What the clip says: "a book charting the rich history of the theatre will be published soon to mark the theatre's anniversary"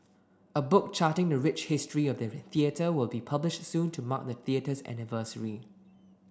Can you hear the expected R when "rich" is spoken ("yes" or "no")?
yes